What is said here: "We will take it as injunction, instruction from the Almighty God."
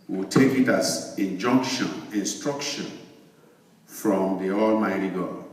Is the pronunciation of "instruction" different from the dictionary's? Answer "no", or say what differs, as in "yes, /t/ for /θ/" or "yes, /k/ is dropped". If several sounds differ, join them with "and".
no